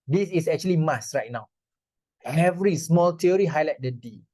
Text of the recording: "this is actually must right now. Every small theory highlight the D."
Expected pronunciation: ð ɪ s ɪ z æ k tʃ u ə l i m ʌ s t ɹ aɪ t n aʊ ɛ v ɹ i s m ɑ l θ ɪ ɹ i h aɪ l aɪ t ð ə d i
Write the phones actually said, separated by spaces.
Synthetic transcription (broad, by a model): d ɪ s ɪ s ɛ k tʃ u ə l i m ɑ s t ɹ aɪ t n aʊ ɛ v ɹ i s m ɑ l t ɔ ɹ i h aɪ l aɪ t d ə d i